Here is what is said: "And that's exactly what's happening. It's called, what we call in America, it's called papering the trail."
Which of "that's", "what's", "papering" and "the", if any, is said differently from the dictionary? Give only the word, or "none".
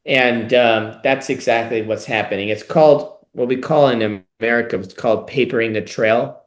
none